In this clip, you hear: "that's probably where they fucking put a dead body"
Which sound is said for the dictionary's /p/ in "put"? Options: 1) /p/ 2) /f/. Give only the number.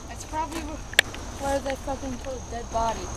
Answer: 2